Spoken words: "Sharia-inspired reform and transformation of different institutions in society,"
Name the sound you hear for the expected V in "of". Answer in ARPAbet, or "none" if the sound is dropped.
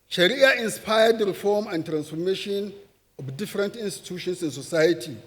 B